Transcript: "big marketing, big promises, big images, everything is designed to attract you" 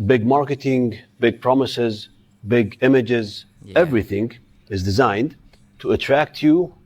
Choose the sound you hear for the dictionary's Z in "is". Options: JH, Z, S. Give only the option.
Z